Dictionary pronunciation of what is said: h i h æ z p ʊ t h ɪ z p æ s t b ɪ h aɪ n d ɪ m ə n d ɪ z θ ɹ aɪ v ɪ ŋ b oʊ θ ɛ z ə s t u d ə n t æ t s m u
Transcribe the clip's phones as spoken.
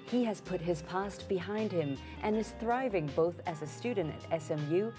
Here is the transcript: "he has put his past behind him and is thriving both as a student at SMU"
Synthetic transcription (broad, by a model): h i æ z p ʊ t h ɪ z p æ s t b ɪ h aɪ n d ɪ m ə n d ɪ z θ ɹ aɪ v ɪ ŋ b oʊ θ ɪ z ə s t u d n t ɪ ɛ s m u